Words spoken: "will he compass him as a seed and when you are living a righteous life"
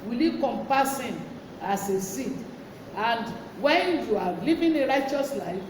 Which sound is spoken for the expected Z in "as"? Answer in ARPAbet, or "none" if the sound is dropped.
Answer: S